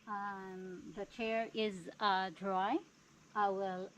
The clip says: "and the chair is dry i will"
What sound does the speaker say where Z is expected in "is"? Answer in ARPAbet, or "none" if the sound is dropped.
Z